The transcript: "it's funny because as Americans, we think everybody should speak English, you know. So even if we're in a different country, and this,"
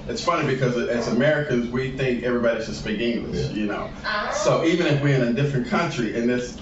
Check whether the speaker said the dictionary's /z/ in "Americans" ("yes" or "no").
yes